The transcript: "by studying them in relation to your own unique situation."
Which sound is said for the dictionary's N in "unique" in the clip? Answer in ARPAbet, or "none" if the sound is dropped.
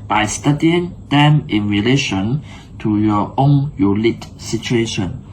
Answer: L